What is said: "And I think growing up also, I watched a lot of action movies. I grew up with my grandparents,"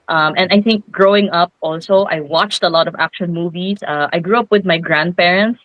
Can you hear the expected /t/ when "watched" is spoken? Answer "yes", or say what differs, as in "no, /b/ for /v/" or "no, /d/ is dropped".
yes